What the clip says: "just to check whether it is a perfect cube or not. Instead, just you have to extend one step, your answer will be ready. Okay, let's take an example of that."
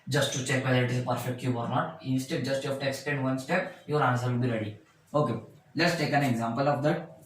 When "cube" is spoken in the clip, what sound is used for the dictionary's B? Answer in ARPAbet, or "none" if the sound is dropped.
none